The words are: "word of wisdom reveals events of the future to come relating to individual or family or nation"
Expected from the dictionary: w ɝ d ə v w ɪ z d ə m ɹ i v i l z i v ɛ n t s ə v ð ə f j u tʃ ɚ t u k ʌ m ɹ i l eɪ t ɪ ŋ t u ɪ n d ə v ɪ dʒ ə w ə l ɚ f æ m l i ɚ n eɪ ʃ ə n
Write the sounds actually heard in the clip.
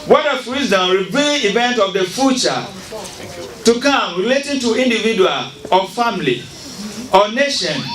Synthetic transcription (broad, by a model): w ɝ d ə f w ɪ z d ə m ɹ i b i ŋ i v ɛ n t ə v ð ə f j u tʃ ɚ t u k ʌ m ɹ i l eɪ t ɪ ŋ t u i n d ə v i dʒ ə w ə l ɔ f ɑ m l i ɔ n eɪ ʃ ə n